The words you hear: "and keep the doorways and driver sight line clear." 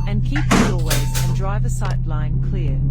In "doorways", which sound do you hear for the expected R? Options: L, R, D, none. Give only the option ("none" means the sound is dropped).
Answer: L